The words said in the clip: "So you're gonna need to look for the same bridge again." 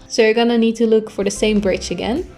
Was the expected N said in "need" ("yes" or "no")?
yes